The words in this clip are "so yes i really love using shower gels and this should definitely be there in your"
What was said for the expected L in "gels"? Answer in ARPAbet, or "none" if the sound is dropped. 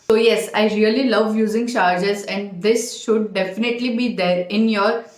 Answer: none